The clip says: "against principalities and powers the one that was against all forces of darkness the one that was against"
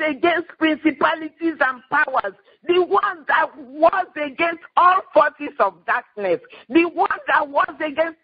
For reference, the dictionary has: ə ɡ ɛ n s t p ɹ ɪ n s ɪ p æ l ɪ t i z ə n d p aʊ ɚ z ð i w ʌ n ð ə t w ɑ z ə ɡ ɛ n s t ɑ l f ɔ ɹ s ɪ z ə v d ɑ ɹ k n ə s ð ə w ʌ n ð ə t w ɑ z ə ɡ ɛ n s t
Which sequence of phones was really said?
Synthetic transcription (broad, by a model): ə ɡ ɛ n s t p ɹ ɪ n s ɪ p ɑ l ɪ t i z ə n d p aʊ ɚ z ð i w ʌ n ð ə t w ɑ z ə ɡ ɛ n s t ɑ l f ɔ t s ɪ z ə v d ɑ k n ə s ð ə w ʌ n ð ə t w ɑ z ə ɡ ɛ n s t